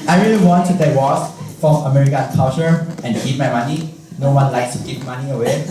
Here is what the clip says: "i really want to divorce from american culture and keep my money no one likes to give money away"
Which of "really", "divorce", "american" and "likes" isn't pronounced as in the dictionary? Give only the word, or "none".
divorce